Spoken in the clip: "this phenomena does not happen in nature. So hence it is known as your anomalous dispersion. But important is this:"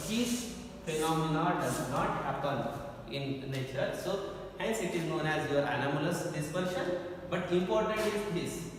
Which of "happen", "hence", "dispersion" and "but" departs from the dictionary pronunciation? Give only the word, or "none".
dispersion